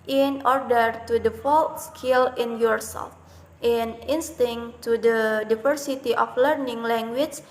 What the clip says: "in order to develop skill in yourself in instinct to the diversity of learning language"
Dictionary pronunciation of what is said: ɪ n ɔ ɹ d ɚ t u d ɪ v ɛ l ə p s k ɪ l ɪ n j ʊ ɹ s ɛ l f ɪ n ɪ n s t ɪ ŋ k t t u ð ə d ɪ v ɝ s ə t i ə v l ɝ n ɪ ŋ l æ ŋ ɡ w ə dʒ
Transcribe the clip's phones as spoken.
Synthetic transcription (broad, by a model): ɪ n ɔ ɹ d ɚ t u d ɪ f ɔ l s k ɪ l ɪ n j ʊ ɹ s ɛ l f ɪ n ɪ n s t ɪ ŋ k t t u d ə d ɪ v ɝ s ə t i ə f l ɝ n ɪ ŋ l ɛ ŋ ɡ w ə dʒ